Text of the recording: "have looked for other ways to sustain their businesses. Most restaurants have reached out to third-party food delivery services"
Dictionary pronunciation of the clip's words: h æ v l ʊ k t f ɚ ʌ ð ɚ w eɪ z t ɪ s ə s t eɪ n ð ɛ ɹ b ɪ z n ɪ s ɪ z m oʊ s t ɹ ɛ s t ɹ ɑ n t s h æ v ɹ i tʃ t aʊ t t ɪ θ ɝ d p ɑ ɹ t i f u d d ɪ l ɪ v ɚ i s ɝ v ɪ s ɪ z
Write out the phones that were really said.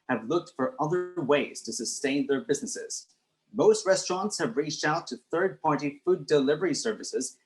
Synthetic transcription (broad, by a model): h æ v l ʊ k t f ɚ ʌ ð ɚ w eɪ z t ɪ s ə s t eɪ n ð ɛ ɹ b ɪ z n ɪ s ɪ z m oʊ s t ɹ ɛ s t ɹ ɑ n t s h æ v ɹ i tʃ t aʊ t t ɪ θ ɝ d p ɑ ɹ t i f u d d ɪ l ɪ v ɚ i s ɝ v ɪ s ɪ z